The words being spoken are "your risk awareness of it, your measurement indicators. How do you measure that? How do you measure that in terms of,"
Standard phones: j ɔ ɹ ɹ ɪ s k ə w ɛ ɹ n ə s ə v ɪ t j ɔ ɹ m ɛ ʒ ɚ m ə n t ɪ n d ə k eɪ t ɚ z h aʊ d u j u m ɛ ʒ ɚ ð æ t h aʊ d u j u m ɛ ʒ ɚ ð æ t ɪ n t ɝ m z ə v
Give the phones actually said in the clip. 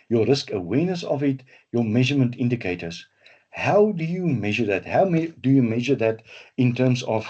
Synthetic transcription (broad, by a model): j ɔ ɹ ɹ ɪ s k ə w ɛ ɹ n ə s ə v ɪ t j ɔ m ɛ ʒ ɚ m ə n t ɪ n d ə k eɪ t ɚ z h aʊ d u j u m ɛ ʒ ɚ ð æ t h aʊ d u j u m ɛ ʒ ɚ ð æ t ɪ n t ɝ m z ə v